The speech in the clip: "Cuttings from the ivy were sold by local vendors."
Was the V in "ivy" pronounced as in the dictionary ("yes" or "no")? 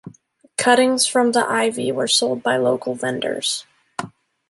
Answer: yes